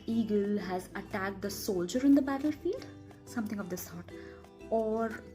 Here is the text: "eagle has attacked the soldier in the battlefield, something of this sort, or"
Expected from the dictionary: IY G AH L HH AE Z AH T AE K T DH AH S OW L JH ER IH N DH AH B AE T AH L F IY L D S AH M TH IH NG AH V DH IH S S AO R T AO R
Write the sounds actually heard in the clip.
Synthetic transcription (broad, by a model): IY G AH L HH AE Z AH T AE K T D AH S OW L JH ER IH N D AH B AE T AH L F IY L D S AH M T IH NG AH V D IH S S AO R T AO R